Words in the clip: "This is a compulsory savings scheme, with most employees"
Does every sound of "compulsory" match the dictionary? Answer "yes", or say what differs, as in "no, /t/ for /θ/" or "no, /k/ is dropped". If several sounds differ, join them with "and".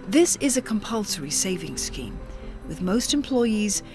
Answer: yes